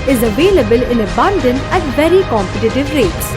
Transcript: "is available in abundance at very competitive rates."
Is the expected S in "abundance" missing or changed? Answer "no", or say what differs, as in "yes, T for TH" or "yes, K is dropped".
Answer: yes, S is dropped